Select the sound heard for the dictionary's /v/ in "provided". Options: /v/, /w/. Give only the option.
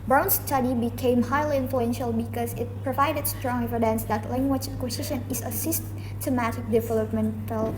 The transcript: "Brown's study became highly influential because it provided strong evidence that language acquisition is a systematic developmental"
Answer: /v/